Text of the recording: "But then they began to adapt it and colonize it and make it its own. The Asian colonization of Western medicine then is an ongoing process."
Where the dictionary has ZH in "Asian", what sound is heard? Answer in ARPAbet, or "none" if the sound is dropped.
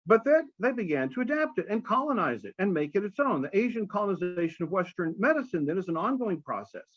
ZH